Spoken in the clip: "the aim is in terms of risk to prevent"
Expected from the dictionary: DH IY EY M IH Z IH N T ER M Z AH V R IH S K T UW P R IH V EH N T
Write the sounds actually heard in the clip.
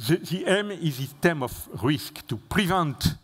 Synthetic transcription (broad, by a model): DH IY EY M IH Z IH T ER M AH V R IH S K T UW P R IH V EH N T